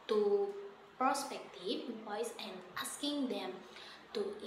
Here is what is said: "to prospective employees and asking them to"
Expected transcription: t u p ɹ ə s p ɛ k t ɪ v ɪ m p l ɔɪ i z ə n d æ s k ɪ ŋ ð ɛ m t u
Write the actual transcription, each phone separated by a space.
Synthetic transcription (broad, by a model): t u p ɹ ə s p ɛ k t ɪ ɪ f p ɔɪ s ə n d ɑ s k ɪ ŋ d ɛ m t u